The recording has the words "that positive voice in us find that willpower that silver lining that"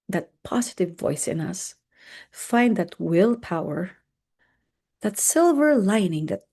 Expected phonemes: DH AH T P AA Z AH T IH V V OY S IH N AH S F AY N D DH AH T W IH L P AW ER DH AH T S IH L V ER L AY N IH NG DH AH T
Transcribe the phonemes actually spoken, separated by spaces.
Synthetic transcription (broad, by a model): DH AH T P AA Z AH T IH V V OY S IH N AH S F AY N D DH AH T W IH L P AW ER DH AH T S IH L V ER L AY N IH NG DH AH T